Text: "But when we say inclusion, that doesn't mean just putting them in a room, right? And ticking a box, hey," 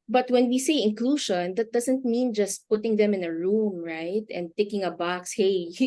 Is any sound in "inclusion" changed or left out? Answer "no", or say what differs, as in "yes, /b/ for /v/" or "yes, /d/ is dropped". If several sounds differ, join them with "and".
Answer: yes, /ʃ/ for /ʒ/